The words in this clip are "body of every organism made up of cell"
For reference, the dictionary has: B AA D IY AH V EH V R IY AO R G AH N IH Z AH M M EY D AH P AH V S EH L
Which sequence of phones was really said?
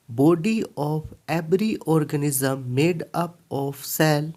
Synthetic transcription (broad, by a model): B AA D IY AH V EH B R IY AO R G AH N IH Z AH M M EY D AH P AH F S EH L